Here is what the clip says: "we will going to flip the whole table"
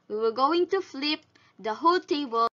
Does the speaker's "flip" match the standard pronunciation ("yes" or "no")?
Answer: yes